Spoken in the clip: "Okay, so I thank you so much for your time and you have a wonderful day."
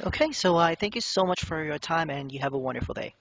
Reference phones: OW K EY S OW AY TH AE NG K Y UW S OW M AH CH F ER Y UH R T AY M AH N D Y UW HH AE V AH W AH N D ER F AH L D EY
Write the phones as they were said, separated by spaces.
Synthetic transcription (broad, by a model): OW K EY S OW AY TH AE NG K Y UW S OW M AH CH F ER Y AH R T AY M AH N Y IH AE V AH W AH N D ER F L D EY